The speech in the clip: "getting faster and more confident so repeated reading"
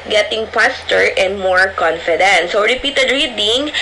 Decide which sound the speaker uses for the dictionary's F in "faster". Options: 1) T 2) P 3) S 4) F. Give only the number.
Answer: 2